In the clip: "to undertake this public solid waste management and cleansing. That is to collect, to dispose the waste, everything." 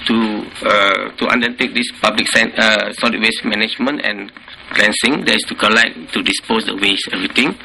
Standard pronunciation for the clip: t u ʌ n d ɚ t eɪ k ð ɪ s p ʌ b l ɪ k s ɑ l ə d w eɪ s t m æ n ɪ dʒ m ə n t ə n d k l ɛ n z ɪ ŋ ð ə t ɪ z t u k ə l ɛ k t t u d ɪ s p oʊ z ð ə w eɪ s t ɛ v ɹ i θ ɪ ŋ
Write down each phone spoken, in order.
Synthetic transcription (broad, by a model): t u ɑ n d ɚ t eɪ k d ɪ s p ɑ b l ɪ k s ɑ n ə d w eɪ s m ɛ n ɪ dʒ m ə n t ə n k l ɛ n s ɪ ŋ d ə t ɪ s t u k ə l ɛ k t t u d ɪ s p oʊ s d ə w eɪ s ɛ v ɹ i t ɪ ŋ